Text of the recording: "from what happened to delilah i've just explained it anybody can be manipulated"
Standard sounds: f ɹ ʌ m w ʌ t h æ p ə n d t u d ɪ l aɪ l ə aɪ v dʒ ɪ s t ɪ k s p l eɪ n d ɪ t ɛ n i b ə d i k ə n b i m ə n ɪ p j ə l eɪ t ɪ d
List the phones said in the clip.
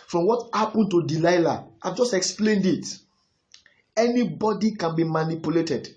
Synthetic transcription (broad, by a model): f ɹ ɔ m w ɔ t h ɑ p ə n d t u d ɪ l aɪ l ə aɪ v dʒ ɪ s t ɪ k s p l eɪ n d ɪ t ɛ n i b ə d i k ə n b i m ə n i p j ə l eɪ t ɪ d